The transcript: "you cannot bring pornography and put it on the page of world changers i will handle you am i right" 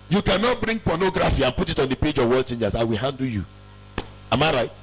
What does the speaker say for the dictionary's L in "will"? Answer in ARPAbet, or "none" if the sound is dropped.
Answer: L